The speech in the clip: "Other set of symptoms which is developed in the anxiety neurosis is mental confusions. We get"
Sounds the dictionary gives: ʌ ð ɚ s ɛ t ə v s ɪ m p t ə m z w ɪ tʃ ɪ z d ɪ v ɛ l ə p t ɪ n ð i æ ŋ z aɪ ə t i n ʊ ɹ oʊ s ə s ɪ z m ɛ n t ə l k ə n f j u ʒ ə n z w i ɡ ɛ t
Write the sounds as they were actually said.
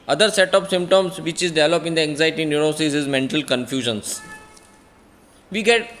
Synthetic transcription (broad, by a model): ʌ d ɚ s ɛ t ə p s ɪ m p t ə m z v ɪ tʃ ɪ z d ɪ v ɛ l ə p ɪ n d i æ ŋ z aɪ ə t i n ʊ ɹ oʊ s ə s ɪ z m ɛ n t ə l k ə n f j u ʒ ə n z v i ɡ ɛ t